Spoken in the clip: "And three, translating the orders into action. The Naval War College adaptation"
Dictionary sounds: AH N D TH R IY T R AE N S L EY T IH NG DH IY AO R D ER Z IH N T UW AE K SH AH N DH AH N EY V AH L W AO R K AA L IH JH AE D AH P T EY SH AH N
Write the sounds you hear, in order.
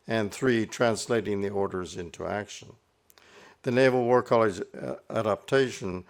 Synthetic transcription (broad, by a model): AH N TH R IY T R AE N S L EY T IH NG DH IY AO R D ER Z IH N T UW AE K SH AH N DH AH N EY V L W AO R K AA L IH JH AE D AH P T EY SH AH N